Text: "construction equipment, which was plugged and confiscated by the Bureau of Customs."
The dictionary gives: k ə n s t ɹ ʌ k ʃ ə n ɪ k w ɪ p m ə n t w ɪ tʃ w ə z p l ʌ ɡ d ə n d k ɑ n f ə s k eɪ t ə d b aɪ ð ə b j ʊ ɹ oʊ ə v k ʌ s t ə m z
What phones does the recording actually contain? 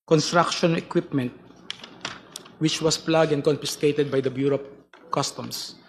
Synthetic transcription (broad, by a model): k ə n s t ɹ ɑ k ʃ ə n ɪ k w ɪ p m ə n t w ɪ tʃ w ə s p l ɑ ɡ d ə n d k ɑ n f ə s k eɪ t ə d b aɪ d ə b j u ɹ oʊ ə p k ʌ s t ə m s